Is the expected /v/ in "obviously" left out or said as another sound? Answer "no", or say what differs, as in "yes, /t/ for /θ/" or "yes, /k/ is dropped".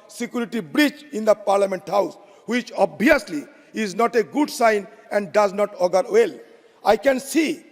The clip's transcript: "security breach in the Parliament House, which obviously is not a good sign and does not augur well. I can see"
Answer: yes, /v/ is dropped